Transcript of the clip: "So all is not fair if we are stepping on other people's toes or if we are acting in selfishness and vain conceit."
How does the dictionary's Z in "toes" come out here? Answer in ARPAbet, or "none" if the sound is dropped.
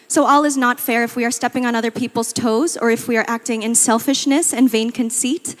Z